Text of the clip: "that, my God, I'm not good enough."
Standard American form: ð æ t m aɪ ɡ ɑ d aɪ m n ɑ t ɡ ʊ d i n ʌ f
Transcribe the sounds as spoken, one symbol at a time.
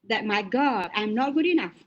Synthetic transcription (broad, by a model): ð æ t m aɪ ɡ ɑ aɪ m n ɑ t ɡ ʊ d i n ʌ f